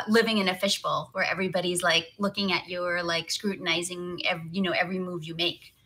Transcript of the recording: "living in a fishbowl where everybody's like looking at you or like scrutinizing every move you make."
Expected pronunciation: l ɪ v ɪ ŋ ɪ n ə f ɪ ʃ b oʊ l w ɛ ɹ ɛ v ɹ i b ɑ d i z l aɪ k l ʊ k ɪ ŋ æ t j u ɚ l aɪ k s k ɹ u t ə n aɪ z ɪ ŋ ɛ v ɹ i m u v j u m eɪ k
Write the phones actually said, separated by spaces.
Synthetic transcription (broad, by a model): l ɪ v ɪ ŋ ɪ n ə f ɪ ʃ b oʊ l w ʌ ɹ ɛ v ɹ i b ɑ d i z l aɪ k l ʊ k ɪ ŋ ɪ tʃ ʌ ɚ l aɪ k s k ɹ u t n aɪ z ɪ ŋ ɛ v ɹ i m u v j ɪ m eɪ k